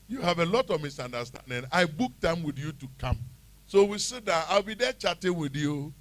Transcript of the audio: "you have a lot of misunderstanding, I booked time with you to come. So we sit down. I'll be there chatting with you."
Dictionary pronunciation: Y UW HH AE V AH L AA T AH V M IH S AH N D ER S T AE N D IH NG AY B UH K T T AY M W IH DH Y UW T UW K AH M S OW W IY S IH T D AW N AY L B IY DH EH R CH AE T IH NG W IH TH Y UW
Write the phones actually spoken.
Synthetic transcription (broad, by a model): Y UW HH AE V AH L AA T AH V M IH S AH N D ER S T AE N D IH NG AY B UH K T T AY M W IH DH Y UW T UW K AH M S OW W IY S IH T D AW AY L B IY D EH CH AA T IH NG W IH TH Y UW